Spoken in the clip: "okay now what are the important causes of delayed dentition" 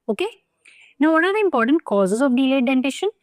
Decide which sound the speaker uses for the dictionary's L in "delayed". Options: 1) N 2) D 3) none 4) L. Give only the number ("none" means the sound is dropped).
3